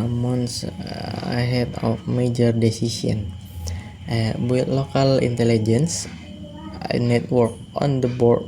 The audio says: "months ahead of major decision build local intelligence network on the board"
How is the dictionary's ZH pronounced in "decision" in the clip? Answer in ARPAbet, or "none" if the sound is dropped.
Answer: S